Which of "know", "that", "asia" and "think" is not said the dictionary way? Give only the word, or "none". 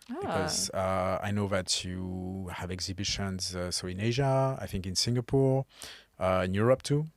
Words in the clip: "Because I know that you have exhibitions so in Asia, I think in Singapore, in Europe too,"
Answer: none